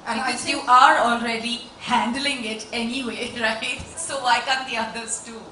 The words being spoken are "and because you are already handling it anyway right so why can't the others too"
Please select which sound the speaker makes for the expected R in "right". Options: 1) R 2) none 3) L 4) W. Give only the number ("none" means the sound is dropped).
1